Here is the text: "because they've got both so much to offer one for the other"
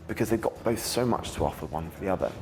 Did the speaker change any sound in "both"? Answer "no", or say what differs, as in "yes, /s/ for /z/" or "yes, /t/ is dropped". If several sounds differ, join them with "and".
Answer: no